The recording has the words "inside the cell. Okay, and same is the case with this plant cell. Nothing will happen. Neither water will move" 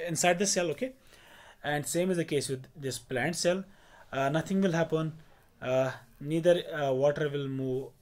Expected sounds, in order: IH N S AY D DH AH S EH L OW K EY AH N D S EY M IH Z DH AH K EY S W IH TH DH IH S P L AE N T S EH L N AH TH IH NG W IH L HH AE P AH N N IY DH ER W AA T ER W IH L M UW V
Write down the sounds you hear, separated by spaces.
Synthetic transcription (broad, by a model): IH N S AY D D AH S EH L OW K EY AH N D S EY M IH Z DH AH K EY S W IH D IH S P L AE N T S EH L N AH T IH NG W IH L HH AE P AH N N IY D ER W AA T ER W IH L M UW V